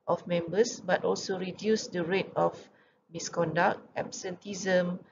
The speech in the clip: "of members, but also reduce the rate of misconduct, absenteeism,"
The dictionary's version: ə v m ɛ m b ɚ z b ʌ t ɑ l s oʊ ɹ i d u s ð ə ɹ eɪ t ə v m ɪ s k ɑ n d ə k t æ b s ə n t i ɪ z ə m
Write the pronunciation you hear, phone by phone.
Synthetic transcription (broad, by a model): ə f m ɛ m b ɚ s b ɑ t ɑ l s oʊ ɹ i d u s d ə ɹ eɪ t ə f m ɪ s k ɑ n d ə k t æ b s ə n t i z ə m